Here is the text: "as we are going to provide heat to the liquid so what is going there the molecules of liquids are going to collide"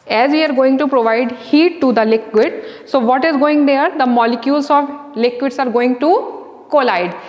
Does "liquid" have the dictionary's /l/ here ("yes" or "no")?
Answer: yes